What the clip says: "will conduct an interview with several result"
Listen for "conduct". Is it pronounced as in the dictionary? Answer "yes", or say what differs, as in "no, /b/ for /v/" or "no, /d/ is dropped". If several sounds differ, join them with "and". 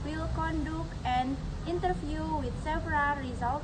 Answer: no, /t/ is dropped